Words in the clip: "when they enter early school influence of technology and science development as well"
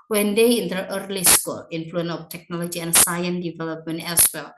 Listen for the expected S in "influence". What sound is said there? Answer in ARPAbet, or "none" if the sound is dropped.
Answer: none